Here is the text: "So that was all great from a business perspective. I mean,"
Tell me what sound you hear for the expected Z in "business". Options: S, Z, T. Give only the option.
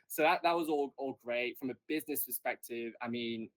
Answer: Z